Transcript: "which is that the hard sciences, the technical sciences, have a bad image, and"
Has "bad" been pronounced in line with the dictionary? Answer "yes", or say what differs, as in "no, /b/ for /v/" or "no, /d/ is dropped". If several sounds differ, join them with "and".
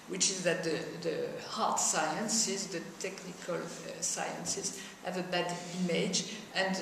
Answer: yes